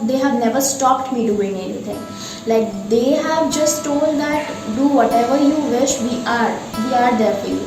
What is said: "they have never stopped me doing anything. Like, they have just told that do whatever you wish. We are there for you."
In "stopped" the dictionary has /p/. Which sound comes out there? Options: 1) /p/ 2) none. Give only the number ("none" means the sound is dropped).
1